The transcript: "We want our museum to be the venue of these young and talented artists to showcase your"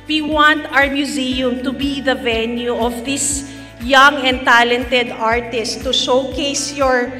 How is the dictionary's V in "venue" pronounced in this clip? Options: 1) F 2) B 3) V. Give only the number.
3